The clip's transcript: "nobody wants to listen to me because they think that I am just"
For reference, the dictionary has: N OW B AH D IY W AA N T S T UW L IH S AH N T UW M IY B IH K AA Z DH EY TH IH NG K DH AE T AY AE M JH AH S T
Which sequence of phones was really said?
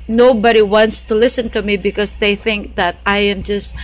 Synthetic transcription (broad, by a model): N OW B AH D IY W AA N T S T UW L IH S AH N T UW M IY B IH K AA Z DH EY TH IH NG K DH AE T AY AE M JH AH S T